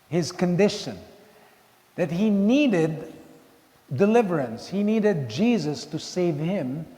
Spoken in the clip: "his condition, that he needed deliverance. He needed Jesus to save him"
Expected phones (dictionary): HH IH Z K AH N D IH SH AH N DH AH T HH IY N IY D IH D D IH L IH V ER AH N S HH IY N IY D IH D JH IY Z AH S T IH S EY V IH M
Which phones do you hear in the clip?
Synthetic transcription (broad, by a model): HH IH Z K AH N D IH SH AH N DH AH T HH IY N IY D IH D D IH L IH V ER AH N S HH IY N IY D IH D JH IY Z AH S T IH S EY V IH M